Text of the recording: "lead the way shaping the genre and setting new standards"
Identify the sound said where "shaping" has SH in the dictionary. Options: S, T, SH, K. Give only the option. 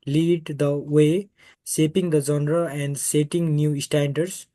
S